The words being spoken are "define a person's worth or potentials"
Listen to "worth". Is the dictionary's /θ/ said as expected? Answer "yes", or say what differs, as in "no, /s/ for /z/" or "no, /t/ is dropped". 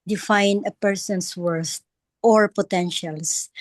no, /t/ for /θ/